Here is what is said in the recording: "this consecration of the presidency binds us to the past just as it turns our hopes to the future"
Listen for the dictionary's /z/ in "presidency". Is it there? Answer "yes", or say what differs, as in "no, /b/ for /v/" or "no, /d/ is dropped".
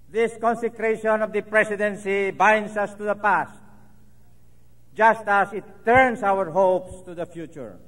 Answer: no, /s/ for /z/